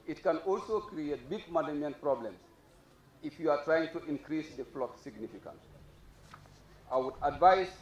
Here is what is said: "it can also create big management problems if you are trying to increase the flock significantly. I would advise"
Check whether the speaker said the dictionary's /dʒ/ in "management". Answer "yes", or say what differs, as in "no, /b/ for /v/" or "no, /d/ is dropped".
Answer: no, /dʒ/ is dropped